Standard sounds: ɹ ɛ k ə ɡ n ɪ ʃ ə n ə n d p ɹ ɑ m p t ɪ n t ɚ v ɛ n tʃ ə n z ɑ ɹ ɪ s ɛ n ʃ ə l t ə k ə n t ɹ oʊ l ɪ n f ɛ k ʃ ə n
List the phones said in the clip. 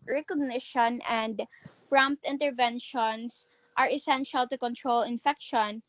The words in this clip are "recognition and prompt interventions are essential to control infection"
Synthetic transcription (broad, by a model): ɹ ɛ k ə ɡ n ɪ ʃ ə n ə n d p ɹ ɑ m p t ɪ n t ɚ v ɛ n ʃ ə n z ɑ ɹ ɪ s ɛ n ʃ ə l t ə k ə n t ɹ oʊ l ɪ n f ɛ k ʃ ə n